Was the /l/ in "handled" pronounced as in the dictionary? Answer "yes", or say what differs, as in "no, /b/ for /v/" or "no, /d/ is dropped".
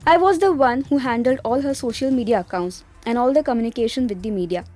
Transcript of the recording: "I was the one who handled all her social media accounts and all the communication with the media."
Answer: yes